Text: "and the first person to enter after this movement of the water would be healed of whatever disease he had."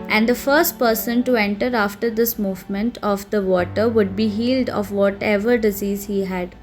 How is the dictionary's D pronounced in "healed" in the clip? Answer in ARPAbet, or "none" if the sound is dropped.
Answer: D